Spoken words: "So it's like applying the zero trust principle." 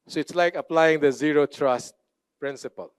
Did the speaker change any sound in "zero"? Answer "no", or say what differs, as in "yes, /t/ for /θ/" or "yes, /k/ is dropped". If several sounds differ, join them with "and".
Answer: no